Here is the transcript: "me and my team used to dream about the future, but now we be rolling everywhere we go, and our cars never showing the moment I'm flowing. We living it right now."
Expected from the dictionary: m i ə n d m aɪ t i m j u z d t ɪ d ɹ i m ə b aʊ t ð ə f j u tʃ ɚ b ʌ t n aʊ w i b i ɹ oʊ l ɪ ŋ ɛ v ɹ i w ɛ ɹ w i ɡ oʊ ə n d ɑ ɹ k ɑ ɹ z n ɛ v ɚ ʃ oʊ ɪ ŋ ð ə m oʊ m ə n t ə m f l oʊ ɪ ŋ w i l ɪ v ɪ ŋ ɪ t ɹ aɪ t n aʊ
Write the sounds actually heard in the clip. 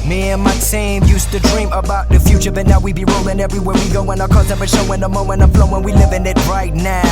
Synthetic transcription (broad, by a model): m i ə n m aɪ s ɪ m j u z t ɪ d ɹ i m ə b aʊ t ð ə f j u tʃ ɚ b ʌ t n aʊ w i b i ɹ oʊ l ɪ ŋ ɛ v ɹ i w ɛ ɹ w i ɡ oʊ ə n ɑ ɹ k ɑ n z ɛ p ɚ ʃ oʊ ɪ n ð ə m oʊ m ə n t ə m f l oʊ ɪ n w i l ɪ v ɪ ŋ ɪ t ɹ aɪ t n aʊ